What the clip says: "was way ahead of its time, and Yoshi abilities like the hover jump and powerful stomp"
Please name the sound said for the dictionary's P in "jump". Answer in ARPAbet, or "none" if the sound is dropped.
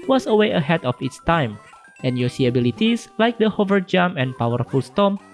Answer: none